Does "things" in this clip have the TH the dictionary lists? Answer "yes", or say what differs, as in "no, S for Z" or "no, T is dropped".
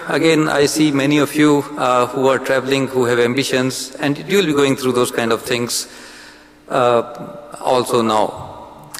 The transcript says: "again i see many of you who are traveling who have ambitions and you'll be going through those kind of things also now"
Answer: no, T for TH